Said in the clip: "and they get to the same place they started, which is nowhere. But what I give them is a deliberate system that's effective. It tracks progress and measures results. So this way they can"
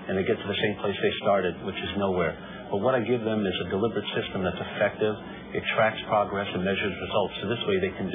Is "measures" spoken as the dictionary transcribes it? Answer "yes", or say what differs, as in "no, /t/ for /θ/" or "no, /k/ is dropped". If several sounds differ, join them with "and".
yes